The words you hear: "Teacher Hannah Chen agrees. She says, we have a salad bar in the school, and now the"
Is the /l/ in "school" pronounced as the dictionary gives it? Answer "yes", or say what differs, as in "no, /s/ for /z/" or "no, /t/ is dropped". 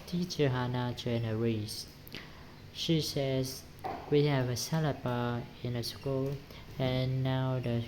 yes